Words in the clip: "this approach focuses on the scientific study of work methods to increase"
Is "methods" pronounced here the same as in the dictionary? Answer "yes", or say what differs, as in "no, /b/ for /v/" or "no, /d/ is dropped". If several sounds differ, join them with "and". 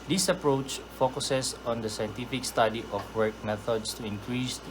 no, /s/ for /z/